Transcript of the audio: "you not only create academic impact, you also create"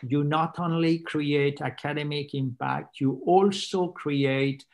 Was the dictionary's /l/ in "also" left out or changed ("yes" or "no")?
no